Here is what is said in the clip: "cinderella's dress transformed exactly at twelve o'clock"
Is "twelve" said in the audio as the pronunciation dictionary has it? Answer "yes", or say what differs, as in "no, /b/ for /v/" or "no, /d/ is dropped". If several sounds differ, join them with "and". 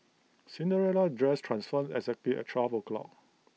no, /l/ is dropped